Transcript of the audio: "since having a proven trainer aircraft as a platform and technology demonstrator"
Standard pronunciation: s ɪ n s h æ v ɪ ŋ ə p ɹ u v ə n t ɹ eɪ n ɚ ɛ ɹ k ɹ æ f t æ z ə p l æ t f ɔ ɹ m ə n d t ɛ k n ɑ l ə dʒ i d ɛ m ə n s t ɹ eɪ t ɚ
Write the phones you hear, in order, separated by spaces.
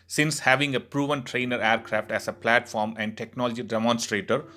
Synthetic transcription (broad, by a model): s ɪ n s h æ v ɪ ŋ ə p ɹ u v ə n t ɹ eɪ n ɚ ɛ ɹ k ɹ æ f t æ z ə p l æ t f ɔ ɹ m ə n d t ɛ k n ɑ l ə dʒ i d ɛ m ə n s t ɹ eɪ t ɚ